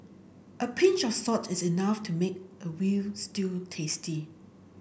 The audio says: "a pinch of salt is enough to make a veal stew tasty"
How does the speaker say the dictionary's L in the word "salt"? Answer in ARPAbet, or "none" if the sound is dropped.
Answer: none